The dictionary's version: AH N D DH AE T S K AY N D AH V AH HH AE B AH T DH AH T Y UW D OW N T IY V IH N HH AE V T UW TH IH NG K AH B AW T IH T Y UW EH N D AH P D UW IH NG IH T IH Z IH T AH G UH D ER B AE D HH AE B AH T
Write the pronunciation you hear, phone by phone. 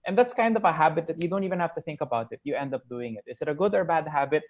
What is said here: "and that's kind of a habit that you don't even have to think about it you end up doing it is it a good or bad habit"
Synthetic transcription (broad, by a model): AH N DH AE T S K AY N D AH V AH HH AE B AH T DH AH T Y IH D OW N T IY V IH N HH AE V T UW TH IH NG K AH B AW T IH T Y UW EH N D AH P D UW IH NG IH T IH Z IH T AH G UH D ER B AE D HH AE B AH T